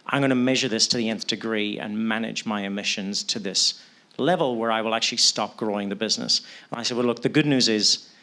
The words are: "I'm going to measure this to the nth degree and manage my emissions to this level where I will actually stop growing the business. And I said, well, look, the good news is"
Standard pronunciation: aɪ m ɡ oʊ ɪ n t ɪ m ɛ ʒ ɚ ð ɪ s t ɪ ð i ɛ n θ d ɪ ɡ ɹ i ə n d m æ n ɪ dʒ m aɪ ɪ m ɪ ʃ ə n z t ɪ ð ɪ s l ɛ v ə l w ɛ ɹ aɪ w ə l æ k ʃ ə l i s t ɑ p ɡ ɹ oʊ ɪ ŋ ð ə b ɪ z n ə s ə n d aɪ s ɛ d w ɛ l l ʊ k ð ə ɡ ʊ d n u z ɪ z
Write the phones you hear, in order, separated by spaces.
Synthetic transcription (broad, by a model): aɪ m ɡ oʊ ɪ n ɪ m ɛ ʒ ɚ ð ɪ s t ɪ ð i ɛ n θ d ɪ ɡ ɹ i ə n m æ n ɪ dʒ m aɪ ɪ m ɪ ʃ ə n z t ɪ ð ɪ s l ɛ v ə l w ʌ ɹ aɪ w ə l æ k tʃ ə l i s t ɑ p ɡ ɹ oʊ ɪ ŋ ð ə b ɪ z n ə s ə n aɪ s ɛ d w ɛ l l ʊ k ð ə ɡ ʊ d n u z ɪ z